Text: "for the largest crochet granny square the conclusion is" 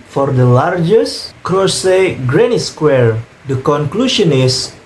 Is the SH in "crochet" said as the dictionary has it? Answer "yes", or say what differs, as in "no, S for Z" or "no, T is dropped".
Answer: no, S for SH